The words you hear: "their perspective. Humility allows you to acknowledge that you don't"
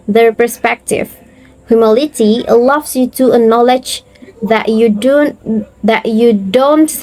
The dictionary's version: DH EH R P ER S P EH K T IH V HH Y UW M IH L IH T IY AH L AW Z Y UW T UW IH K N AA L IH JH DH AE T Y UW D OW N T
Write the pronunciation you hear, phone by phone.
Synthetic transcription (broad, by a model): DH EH R P ER S P EH K T IH V HH Y UW M IH L IH T IY L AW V Y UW T UW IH N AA L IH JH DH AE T Y UW D OW N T